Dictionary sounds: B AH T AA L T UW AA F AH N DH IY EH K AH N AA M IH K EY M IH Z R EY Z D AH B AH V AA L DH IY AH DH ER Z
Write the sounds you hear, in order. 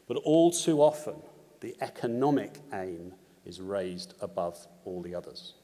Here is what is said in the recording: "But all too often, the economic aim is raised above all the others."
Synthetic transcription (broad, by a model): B AH T AA L T UW AA F AH N DH IY EH K AH N AA M IH K EY M IH Z R EY Z D AH B AH V AA L DH IY AH DH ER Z